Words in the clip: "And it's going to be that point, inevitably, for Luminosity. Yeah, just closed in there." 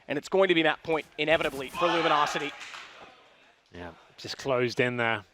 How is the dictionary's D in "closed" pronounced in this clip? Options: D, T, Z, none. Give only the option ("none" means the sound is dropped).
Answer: D